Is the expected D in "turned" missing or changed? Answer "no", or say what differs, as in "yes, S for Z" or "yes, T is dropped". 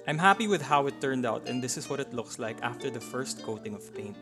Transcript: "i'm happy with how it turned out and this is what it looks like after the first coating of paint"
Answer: no